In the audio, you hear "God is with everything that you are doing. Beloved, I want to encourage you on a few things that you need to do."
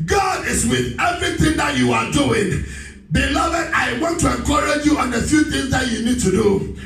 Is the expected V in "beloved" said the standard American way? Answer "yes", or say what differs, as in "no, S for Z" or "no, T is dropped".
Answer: yes